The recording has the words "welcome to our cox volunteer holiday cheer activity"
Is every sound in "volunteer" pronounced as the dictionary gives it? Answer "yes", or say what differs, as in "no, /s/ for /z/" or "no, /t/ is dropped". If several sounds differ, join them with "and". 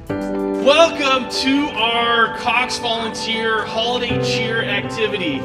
yes